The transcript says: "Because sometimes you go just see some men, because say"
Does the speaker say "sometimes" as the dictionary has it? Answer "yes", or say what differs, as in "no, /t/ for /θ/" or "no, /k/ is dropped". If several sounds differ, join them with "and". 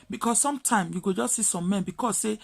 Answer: no, /z/ is dropped